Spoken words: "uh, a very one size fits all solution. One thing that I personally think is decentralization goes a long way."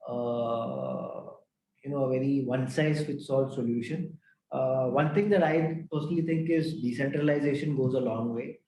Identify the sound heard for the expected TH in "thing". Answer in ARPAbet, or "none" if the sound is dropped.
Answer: T